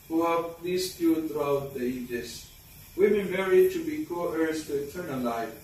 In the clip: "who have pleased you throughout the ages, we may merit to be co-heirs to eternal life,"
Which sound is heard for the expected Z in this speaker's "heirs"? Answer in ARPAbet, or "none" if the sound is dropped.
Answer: S